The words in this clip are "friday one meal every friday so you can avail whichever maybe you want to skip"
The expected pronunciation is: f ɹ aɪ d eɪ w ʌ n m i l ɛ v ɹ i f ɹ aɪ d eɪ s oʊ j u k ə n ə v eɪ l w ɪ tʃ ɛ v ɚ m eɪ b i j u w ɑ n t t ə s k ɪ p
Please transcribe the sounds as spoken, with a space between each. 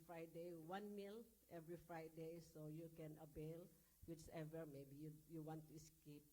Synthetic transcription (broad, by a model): f ɹ aɪ d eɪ w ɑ n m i l ɛ v ɹ i f ɹ aɪ d eɪ s oʊ j u k ə n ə b eɪ l w ɪ tʃ ɛ v ɚ m eɪ b i j u w ɑ n t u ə s k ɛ p